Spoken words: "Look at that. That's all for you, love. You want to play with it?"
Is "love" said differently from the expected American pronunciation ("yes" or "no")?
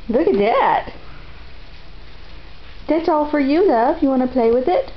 yes